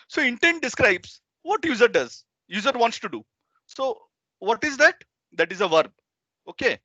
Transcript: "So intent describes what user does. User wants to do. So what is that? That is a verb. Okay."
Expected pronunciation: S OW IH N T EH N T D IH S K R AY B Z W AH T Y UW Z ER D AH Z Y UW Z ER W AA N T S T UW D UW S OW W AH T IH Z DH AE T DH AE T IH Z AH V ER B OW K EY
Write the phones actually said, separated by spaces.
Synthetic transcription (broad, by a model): S OW IH N T EH N T D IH S K R AY B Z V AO T Y UW Z ER D AH Z Y UW Z ER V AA N T S T UW D UW S OW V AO T IH Z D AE T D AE T IH Z AH V ER B OW K EY